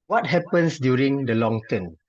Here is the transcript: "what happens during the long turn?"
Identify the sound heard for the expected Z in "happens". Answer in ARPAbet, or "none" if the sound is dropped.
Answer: S